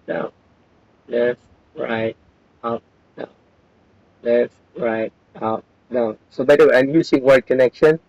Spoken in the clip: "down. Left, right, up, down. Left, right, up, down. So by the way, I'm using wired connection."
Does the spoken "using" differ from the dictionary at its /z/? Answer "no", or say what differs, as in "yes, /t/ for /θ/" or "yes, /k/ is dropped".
yes, /s/ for /z/